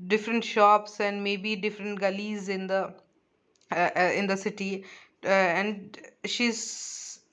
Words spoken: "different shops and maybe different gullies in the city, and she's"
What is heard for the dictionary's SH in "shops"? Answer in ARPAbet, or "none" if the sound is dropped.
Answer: SH